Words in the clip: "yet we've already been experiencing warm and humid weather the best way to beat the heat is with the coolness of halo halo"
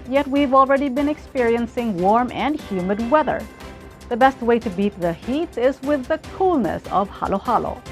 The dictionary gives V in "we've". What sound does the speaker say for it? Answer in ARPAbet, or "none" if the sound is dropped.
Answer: V